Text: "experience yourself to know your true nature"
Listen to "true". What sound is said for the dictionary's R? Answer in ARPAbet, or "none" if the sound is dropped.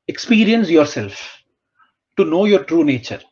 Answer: R